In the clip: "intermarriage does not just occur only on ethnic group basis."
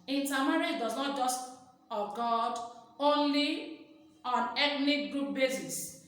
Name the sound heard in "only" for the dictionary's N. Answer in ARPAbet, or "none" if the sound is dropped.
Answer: N